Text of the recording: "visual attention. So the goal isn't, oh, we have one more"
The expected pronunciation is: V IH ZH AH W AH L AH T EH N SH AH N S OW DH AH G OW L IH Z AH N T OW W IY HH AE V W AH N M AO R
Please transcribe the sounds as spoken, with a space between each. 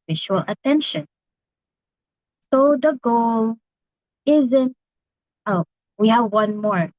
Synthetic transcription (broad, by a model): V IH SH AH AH L AH T EH N SH AH N S OW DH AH G OW L IH Z AH N T OW W IY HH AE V W AH N M AO R